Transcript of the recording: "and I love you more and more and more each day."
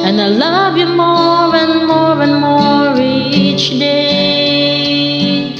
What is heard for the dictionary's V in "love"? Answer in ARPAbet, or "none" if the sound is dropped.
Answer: V